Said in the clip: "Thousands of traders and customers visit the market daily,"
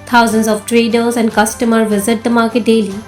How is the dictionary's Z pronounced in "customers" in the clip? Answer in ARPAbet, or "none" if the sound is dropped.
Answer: none